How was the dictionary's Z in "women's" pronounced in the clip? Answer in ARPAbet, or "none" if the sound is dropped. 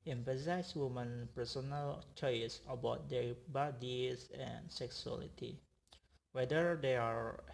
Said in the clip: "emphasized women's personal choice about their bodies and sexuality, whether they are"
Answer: none